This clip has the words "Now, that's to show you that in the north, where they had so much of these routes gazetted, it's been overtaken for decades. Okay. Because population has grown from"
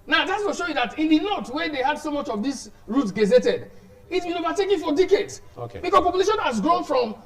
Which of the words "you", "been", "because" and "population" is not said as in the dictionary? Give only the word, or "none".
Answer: because